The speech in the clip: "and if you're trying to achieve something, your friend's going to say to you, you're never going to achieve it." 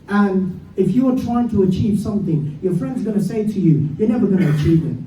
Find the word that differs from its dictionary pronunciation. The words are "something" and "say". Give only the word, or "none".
none